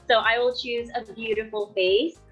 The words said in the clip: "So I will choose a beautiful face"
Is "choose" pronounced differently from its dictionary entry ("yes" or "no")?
no